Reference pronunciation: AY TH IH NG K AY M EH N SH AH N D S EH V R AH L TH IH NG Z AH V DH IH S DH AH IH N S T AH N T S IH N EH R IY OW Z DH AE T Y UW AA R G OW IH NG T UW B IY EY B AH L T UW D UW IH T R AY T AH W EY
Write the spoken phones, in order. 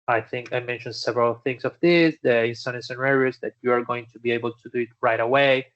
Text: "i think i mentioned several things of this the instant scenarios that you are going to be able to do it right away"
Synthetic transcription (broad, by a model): AY TH IH NG K AY M EH N SH AH N D S EH V R AH L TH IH NG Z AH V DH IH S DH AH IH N S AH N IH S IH N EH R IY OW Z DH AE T Y UW AA R G OW IH NG T UW B IY EY B AH L T UW D UW IH T R AY T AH W EY